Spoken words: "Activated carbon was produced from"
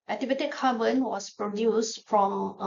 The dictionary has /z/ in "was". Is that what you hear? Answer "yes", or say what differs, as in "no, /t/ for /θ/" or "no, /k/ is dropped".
no, /s/ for /z/